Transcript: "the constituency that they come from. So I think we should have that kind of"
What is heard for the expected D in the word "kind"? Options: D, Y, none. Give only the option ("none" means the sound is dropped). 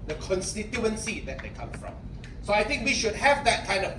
D